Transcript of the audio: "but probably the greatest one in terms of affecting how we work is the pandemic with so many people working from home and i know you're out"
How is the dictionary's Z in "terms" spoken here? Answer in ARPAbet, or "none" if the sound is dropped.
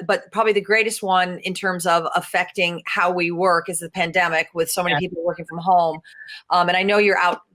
Z